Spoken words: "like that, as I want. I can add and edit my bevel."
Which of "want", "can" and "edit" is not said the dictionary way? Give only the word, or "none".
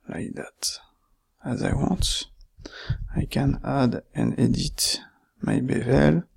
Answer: want